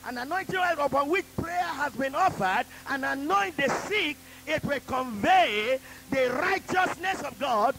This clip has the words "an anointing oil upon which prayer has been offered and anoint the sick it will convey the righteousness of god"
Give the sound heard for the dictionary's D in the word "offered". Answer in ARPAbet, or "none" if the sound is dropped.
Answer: D